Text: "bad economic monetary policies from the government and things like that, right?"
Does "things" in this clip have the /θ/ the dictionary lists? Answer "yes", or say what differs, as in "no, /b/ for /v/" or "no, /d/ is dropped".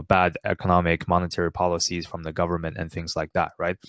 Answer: yes